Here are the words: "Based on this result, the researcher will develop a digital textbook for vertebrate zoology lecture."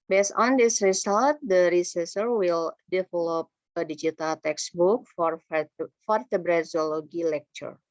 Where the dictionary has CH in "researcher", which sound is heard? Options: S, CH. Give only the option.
S